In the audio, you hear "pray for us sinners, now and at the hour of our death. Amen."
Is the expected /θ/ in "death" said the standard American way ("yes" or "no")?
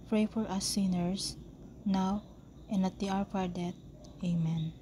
no